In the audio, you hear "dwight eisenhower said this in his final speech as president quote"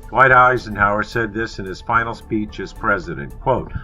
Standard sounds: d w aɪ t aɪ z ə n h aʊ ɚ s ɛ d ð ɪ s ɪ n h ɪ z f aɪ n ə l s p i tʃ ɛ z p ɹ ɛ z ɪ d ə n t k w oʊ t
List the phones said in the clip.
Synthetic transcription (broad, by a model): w aɪ t aɪ z ə n h aʊ ɚ s ɛ d ð ɪ s ɪ n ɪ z f aɪ n l s p i tʃ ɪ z p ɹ ɛ z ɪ d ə n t k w oʊ t